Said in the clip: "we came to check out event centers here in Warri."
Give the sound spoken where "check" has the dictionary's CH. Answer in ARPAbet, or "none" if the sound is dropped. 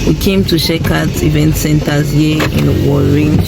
SH